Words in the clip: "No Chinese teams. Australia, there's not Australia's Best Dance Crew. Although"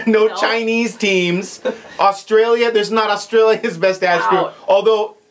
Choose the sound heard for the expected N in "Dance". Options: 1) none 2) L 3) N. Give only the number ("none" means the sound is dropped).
1